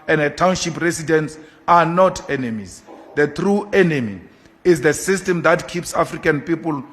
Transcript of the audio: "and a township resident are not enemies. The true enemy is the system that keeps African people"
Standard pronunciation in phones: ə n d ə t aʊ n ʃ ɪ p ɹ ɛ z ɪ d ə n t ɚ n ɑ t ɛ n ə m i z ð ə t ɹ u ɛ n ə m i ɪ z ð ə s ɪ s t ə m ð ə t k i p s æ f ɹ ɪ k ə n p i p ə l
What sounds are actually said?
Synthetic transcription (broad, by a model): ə n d ə t aʊ n ʃ ɪ p ɹ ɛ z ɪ d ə n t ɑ n ɑ t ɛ n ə m i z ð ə t ɹ u ɛ n ə m i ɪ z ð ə s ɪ s t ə m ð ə t k i p s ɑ f ɹ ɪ k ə n p i p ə l